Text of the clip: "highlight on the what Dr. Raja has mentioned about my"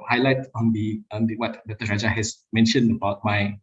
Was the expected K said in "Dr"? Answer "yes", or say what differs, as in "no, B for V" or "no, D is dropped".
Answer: no, K is dropped